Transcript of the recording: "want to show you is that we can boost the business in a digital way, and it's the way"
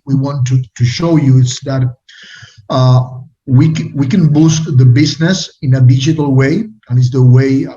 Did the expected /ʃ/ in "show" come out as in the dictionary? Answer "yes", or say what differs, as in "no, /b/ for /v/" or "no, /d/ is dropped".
yes